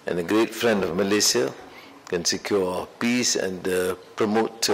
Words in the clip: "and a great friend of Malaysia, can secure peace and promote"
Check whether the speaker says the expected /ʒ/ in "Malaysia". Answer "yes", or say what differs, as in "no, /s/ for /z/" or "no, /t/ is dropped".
no, /s/ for /ʒ/